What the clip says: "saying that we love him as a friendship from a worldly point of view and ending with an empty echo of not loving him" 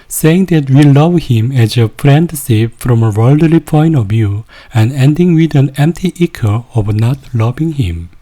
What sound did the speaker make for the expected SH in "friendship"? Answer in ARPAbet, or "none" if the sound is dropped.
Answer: S